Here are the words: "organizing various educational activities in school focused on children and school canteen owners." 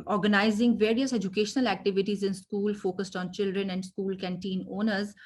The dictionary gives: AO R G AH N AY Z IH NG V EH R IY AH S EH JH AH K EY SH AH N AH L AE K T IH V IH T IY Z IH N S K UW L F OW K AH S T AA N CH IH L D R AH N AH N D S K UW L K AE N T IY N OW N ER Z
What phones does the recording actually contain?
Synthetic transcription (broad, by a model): AO R G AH N AY Z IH NG V EH R IY AH S EH JH AH K EY SH AH N AH L AE K T IH V IH T IY Z IH N S K UW L F OW K AH S T AA N CH IH L D R AH N AH N D S K UW L K AE N T IY N OW N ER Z